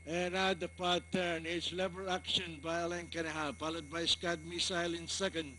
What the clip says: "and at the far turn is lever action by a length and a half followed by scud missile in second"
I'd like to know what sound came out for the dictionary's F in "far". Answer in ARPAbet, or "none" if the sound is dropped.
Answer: P